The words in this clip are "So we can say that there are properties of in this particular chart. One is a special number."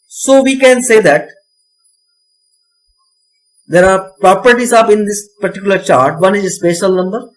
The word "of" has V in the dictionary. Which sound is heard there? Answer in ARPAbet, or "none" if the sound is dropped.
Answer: P